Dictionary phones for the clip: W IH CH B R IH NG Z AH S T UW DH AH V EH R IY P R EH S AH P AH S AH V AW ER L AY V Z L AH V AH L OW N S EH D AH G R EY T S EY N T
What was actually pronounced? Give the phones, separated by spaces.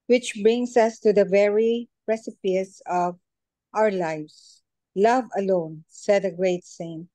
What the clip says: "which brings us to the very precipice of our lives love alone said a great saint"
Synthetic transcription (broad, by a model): W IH CH B R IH NG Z AH S T UW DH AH V EH R IY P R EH S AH P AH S AH V AW ER L AY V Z L AH V AH L OW N S EH D AH G R EY T S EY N